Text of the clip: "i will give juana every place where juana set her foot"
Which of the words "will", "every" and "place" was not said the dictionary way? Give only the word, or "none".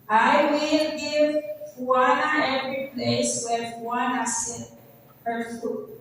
none